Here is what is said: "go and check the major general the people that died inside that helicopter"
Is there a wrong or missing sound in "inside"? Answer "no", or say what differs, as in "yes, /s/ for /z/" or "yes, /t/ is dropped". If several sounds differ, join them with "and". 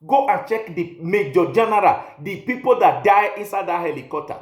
no